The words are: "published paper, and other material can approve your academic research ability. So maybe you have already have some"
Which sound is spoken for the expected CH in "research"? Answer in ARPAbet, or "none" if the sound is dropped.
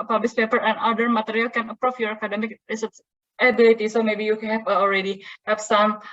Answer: S